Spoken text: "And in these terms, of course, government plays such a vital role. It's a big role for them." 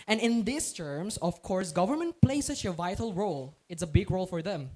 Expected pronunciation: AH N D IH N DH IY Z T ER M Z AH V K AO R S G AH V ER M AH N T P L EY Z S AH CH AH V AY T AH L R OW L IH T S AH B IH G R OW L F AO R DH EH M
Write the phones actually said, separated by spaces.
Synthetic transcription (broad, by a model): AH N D IH N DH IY S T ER M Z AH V K AO R S G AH V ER M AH N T P L EY S AH CH AH V AY T AH L R OW L IH T S AH B IH G R OW L F AO R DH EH M